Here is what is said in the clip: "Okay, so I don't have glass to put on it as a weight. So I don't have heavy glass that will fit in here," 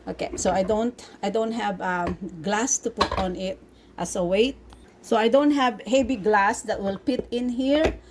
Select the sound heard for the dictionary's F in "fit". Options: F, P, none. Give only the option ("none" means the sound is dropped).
P